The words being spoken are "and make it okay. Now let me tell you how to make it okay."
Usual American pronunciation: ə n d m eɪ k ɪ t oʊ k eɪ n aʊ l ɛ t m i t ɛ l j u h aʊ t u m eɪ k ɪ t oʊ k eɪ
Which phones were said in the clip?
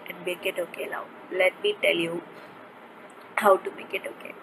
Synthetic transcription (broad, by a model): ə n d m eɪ k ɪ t oʊ k eɪ l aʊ l ɛ t m i t ɛ l j u h aʊ t u m eɪ k ɪ t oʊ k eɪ